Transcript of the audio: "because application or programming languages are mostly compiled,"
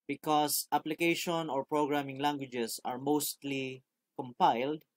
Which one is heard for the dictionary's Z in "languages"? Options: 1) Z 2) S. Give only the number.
2